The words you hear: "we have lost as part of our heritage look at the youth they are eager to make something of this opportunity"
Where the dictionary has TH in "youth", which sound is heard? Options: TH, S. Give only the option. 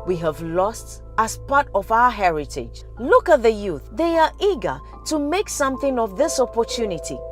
TH